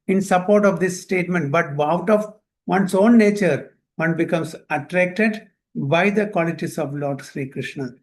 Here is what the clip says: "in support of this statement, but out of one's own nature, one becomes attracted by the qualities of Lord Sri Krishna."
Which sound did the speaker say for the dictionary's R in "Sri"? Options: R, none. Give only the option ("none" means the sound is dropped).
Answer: R